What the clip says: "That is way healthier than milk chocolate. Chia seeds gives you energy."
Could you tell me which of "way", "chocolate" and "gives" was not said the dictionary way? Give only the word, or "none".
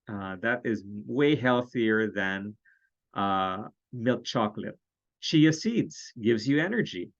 none